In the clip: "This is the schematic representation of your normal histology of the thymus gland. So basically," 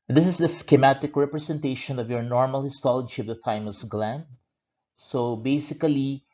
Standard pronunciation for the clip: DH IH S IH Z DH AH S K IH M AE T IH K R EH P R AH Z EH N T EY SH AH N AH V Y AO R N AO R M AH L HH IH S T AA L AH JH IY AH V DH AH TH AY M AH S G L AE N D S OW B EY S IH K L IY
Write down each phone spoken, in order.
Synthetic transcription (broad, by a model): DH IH S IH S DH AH S K IH M AE T IH K R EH P R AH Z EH N T EY SH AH N AH V Y AO R N AO R M AH L HH IH S T AA L AH JH IY AH V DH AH F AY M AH S G L AE N D S OW B EY S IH K L IY